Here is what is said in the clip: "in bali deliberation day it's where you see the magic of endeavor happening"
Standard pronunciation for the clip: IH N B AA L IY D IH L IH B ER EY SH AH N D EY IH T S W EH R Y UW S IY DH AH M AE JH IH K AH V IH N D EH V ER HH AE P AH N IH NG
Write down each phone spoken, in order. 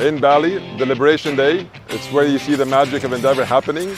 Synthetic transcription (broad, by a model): IH N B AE L IY D IH L IH B ER EY SH AH N D EY IH T S W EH R Y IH S IY DH AH M AE JH IH K AH V IH N D EH V ER HH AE P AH N IH NG